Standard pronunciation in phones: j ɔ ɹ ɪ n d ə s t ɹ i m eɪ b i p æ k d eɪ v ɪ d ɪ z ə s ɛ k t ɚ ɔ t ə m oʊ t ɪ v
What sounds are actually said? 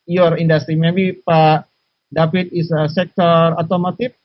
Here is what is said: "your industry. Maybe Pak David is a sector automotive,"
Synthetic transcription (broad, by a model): j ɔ ɹ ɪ n d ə s t ɹ i m eɪ b i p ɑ d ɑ p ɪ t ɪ s ə s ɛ k t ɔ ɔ t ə m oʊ t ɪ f